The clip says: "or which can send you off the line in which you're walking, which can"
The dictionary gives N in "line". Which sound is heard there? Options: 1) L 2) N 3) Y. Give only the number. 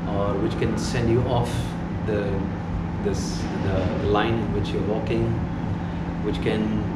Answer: 1